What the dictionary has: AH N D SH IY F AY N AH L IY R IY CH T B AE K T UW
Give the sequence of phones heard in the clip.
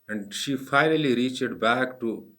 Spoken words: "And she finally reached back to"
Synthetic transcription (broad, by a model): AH N D SH IY F AY N AH L IY R IY CH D B AE K T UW